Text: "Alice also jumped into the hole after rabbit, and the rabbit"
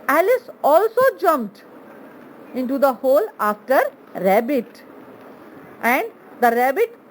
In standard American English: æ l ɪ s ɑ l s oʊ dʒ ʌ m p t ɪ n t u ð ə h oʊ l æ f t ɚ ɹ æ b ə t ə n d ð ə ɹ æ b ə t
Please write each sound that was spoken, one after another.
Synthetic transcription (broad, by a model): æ l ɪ s ɑ l s oʊ dʒ ʌ m p t ɪ n t u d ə h oʊ l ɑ f t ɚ ɹ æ b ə t ə n d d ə ɹ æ b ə t